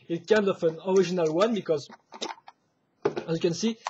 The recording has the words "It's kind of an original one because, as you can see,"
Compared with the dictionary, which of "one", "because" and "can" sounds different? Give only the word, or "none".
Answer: none